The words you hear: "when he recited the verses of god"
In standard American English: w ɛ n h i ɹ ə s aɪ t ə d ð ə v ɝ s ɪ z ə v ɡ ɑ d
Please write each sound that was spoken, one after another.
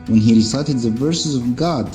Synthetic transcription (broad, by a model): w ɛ n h i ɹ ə s aɪ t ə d ð ə v ɝ s ɪ z ə v ɡ ɑ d